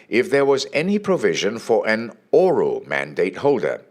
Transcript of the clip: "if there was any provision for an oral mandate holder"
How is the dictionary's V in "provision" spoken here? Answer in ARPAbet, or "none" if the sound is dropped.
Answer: V